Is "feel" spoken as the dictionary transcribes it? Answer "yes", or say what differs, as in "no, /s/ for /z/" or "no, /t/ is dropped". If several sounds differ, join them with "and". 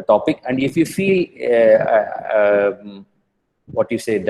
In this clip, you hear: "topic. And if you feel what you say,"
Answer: yes